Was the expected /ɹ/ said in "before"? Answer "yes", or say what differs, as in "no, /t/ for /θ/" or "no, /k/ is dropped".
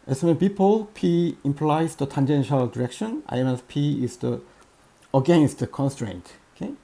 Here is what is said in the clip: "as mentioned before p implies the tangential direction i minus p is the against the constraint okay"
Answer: no, /l/ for /ɹ/